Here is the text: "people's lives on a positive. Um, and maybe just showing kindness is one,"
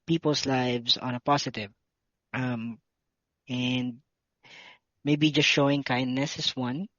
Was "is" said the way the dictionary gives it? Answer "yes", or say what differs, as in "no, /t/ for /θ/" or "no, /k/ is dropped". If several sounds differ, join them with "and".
no, /s/ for /z/